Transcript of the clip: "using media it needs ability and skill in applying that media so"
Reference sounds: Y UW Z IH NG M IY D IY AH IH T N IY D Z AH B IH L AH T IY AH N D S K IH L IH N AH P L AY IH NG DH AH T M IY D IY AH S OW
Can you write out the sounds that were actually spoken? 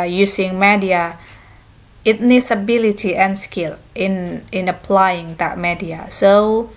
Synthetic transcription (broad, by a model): Y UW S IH NG M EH D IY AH IH T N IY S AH B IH L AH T IY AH N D S K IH N IH N AH P L AY IH NG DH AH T M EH D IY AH S OW